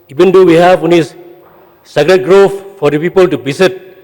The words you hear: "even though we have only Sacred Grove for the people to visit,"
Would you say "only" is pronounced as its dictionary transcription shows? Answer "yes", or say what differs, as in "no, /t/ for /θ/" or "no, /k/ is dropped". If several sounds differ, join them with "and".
no, /l/ is dropped